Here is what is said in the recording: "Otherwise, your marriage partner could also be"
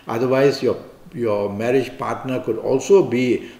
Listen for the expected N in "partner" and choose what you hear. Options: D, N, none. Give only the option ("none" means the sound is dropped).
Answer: N